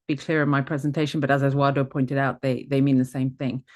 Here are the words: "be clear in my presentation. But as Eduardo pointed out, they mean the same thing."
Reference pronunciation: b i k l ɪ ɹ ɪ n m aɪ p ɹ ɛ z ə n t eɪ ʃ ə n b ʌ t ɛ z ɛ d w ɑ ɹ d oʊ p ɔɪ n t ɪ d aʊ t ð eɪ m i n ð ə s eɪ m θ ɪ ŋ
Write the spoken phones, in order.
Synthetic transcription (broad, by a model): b i k l ɪ ɹ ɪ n m aɪ p ɹ ɛ z ə n t eɪ ʃ ə n b ʌ t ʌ z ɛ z w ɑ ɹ d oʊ p ɔɪ n t ɪ d aʊ t ð eɪ m i n ð ə s eɪ m θ ɪ ŋ